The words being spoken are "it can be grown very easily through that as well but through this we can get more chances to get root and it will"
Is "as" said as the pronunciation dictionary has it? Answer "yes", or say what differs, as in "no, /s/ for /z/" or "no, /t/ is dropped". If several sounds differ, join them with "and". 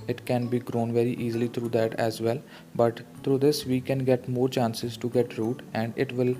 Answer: yes